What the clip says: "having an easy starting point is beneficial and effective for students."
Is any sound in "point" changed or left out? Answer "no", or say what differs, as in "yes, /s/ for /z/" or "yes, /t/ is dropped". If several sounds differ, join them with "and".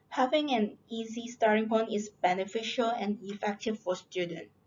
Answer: yes, /t/ is dropped